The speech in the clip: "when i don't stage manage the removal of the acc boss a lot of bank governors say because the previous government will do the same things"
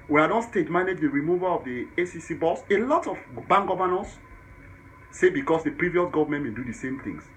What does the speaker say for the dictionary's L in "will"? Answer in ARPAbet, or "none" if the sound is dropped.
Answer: N